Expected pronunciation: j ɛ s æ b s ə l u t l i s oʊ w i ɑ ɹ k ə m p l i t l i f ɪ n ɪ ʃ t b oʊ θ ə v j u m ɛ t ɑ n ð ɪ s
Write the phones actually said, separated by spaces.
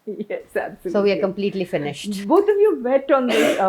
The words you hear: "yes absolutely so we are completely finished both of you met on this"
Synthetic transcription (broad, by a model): j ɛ s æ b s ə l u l s oʊ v i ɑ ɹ k ə m p l i t l i f ɪ n ɪ ʃ t b oʊ t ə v j u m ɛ t ɑ n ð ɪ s